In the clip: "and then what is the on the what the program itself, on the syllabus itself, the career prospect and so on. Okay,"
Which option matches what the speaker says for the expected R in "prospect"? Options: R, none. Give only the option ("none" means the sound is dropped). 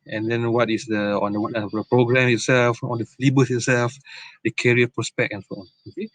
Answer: R